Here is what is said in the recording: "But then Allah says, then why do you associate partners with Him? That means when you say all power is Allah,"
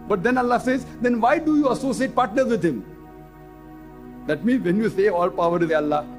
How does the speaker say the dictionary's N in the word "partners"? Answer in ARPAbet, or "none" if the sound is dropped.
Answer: N